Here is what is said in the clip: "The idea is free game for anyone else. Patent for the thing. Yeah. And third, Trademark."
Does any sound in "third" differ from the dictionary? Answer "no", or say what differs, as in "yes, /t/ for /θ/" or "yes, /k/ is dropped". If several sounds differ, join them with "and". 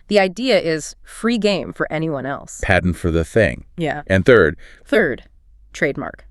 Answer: no